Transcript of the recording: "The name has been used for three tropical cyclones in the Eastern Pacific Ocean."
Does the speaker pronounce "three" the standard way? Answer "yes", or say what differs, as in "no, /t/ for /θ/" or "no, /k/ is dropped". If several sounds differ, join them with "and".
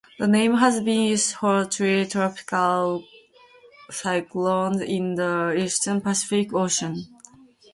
no, /t/ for /θ/